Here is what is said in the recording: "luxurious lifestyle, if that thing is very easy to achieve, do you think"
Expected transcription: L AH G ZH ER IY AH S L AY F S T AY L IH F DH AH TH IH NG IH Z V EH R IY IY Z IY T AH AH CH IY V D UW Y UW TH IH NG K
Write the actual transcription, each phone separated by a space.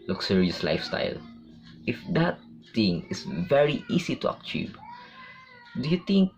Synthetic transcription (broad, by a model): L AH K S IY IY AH S L AY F S T AY L IH F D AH T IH NG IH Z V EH R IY IY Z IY T AH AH CH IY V D UW Y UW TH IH NG K